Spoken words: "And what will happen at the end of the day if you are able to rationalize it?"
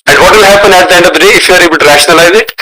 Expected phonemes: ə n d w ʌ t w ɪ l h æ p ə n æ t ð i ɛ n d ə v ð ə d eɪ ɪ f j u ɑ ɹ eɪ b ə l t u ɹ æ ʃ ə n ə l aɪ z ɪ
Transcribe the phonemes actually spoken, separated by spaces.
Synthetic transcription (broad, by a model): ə n d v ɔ t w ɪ l h æ p ə n æ t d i ɛ n d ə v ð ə d eɪ ɪ f j u ɑ ɹ eɪ b ə l t u ɹ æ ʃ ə ə l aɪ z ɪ